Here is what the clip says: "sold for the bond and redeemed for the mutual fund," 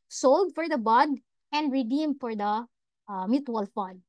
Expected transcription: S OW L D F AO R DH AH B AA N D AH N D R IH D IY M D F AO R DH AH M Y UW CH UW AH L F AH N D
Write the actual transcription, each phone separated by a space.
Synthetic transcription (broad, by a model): S OW L D F AO R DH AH B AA D AH N D R IH D IY M D F AO R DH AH M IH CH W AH L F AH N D